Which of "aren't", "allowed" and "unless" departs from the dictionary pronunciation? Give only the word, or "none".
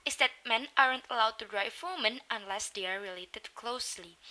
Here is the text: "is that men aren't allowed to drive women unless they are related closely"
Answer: none